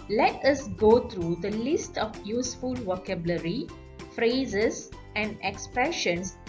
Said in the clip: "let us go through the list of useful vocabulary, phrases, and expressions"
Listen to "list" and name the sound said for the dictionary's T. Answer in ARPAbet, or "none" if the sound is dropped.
T